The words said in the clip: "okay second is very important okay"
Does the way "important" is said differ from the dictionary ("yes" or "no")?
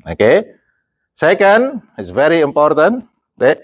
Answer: no